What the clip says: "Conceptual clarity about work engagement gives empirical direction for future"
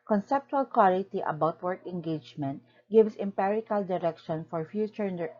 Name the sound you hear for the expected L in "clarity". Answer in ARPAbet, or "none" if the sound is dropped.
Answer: W